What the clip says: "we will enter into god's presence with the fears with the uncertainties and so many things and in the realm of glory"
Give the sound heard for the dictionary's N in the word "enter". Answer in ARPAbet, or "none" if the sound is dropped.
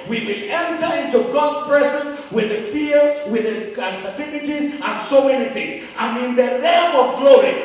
N